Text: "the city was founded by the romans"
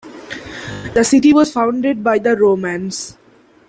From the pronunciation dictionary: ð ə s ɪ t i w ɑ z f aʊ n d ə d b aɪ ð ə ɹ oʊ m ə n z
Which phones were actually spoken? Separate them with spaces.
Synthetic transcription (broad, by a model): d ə s ɪ t i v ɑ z f aʊ n d ə d b aɪ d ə ɹ oʊ m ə n s